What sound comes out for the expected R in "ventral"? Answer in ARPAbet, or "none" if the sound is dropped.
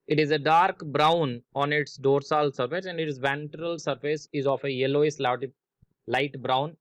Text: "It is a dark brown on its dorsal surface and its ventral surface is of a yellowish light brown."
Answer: R